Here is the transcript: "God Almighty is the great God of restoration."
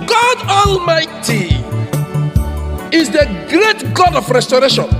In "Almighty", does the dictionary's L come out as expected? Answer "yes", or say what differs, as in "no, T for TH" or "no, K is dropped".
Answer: yes